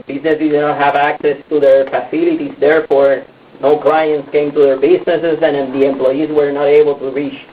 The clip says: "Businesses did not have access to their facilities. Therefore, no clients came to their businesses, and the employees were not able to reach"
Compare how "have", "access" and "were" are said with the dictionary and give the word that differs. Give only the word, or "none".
none